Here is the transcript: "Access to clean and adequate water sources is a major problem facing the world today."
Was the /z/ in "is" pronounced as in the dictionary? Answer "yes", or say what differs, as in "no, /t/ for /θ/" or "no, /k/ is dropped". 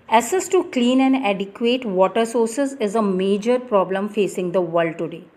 yes